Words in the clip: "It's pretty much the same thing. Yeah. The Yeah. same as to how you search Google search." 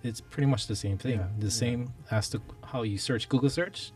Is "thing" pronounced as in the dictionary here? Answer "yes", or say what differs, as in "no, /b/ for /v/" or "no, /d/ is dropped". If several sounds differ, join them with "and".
yes